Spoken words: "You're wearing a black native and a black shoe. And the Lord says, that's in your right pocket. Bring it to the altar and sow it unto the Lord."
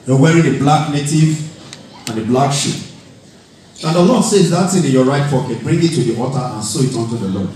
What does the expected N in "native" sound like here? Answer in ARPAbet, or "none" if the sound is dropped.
N